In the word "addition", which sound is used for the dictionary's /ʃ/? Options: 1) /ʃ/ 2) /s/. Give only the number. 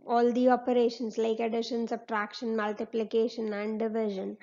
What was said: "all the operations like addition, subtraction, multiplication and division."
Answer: 1